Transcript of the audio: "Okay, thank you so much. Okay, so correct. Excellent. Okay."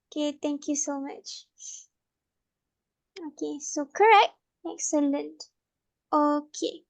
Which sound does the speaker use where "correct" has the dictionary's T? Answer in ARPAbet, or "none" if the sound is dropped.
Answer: T